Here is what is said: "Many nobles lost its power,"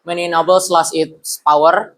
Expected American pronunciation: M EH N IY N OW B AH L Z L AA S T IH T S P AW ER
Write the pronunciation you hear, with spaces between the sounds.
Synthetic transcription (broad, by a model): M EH N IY N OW B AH L S L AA S IH T S P AW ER